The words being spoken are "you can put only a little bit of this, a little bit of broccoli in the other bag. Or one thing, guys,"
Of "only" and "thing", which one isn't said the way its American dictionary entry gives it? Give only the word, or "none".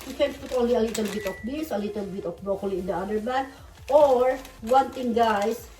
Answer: thing